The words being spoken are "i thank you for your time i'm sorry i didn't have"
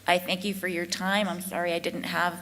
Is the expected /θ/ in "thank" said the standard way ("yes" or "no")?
yes